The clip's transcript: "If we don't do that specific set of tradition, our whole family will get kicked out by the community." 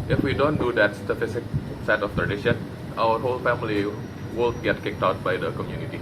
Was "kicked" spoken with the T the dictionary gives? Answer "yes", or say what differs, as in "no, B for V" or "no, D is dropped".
yes